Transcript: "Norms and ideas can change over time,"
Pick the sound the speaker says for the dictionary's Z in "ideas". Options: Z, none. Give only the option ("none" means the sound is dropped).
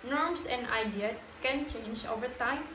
none